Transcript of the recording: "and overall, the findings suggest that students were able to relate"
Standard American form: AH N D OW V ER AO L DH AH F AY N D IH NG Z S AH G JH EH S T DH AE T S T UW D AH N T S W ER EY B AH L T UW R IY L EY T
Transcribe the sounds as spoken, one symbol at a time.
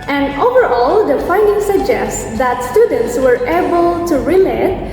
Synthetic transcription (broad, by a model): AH N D OW V ER AO L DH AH F AY N D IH NG S AH G JH EH S T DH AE T S T UW D AH N T S W ER EY B AH L T UW R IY L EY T